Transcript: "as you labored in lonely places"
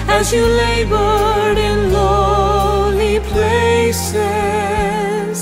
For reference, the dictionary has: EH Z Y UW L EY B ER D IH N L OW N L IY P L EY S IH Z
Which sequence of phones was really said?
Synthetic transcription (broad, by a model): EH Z Y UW L EY B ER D IH N L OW L IY P L EY S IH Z